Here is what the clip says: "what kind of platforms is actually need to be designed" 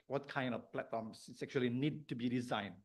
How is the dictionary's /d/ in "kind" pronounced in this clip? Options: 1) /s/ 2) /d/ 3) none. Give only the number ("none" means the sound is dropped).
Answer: 2